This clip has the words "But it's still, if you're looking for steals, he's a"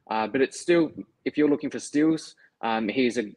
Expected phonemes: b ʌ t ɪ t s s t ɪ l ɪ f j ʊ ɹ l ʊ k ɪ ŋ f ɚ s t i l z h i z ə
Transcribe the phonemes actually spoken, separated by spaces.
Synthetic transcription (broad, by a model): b ʌ t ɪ t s s t ɪ l ɪ f j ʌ ɹ l ʊ k ɪ ŋ f ɚ s t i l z h i z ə